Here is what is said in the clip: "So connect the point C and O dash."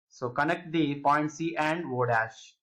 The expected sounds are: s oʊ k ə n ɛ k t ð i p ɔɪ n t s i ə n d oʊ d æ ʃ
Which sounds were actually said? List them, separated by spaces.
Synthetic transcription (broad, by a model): s oʊ k ə n ɛ k t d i p ɔɪ n t s i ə n d oʊ d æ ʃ